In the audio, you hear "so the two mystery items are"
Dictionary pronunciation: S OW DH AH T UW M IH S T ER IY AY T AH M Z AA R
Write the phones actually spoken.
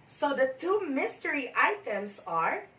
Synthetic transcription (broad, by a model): S OW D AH T UW M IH S T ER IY AY T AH M S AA R